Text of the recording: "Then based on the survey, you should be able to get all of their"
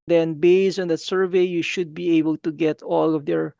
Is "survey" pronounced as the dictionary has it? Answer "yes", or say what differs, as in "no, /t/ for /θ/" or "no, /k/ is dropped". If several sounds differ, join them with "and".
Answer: yes